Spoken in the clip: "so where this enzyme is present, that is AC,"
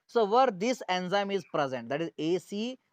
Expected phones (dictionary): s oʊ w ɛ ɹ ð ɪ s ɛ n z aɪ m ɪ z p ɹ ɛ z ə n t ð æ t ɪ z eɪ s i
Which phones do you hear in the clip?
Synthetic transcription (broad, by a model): s oʊ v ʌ ɹ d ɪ s ɛ n z aɪ m ɪ z p ɹ ɛ z ə n t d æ t ɪ z eɪ s i